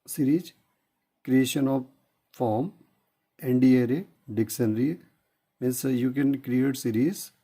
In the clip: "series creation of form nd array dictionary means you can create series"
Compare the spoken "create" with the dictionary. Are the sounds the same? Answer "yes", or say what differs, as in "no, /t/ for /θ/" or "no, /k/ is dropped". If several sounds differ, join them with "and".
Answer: yes